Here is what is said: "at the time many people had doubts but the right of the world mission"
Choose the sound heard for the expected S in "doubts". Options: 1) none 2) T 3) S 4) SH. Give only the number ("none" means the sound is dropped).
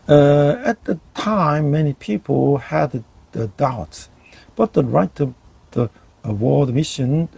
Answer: 3